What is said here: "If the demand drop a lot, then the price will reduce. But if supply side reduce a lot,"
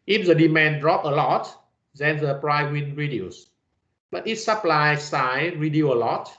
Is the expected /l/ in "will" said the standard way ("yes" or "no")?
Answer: no